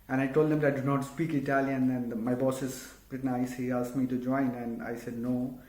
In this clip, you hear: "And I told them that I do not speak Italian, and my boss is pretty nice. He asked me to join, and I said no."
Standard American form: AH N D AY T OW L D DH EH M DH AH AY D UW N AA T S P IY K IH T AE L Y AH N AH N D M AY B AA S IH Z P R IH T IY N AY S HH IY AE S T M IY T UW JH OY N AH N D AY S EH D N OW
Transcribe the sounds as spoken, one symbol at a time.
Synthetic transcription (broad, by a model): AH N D AY T OW L D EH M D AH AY D UW N AA T S P IY K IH T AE L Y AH N AH N D M AY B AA S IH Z B R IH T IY N AY S HH IY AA S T M IY T UW JH OY N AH N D AY S EH D N OW